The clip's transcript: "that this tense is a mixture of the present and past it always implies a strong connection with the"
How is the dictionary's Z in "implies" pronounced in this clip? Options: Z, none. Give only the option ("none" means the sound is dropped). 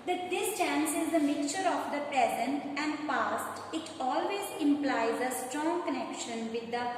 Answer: Z